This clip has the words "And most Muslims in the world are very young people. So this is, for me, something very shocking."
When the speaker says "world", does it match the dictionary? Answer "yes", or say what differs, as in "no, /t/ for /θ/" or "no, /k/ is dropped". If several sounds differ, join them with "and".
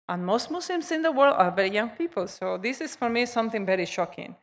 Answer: yes